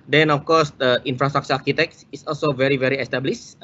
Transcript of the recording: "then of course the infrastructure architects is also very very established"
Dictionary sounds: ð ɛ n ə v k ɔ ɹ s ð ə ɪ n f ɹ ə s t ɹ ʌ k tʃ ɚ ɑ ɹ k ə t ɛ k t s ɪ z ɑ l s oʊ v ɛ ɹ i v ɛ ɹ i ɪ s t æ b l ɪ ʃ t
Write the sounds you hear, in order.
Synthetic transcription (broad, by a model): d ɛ n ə f k ɔ s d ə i n f ɹ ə s t ɹ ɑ k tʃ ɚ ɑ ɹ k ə t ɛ k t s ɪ s ɑ l s oʊ v ɛ ɹ i v ɛ ɹ i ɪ s t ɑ b l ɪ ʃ